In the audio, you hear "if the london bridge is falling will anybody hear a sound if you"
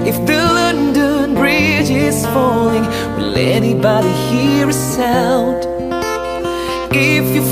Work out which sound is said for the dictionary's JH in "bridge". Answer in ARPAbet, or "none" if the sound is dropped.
JH